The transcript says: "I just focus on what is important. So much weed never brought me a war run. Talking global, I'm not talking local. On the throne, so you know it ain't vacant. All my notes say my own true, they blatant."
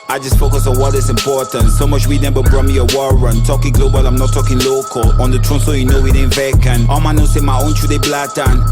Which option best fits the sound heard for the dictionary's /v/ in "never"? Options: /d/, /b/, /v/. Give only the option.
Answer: /b/